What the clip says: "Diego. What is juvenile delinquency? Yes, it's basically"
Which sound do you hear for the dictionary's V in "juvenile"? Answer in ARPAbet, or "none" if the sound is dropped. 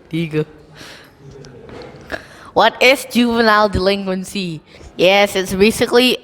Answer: V